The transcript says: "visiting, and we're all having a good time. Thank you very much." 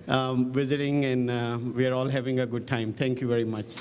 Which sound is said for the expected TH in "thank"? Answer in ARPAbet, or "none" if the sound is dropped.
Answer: T